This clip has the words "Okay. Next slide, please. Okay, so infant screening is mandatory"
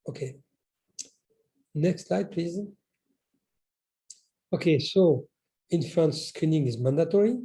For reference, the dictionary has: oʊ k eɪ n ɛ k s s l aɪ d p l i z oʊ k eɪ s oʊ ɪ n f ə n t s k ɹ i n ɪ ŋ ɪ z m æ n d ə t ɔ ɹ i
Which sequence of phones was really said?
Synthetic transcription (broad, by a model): oʊ k eɪ n ɛ k s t l aɪ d p l i z oʊ k eɪ s oʊ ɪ n f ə n s k ɹ i n ɪ ŋ ɪ z m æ n d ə t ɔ ɹ i